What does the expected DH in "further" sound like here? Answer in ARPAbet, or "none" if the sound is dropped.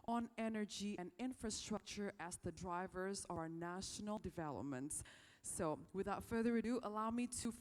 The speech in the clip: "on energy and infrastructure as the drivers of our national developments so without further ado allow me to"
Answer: DH